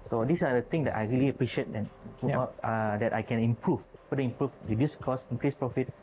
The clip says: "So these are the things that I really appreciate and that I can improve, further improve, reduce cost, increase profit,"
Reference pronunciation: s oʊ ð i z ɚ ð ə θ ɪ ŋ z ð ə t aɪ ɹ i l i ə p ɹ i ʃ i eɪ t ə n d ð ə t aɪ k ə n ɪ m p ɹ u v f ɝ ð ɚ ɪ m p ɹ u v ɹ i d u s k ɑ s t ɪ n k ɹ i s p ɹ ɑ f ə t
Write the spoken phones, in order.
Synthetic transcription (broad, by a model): s oʊ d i s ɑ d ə t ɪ ŋ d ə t aɪ ɹ i l i ə p ɹ i ʃ i eɪ t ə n d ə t aɪ k ə n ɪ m p ɹ u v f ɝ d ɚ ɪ m p ɹ u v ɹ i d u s k ɑ s ɪ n k ɹ i s p ɹ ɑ f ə t